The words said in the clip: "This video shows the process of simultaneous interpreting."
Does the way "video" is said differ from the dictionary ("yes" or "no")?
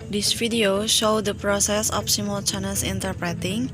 yes